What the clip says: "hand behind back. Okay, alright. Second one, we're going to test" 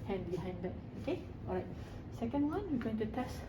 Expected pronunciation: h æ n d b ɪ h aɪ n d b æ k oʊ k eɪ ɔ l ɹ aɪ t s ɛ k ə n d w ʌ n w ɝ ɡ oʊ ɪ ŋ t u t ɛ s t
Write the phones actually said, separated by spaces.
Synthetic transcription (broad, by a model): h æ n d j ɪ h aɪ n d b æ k oʊ k eɪ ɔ ɹ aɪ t s ɛ k ə n d w ʌ n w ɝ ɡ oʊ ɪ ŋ t u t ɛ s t